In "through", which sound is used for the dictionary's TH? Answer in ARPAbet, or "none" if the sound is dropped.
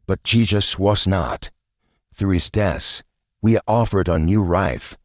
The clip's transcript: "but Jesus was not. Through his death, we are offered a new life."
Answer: TH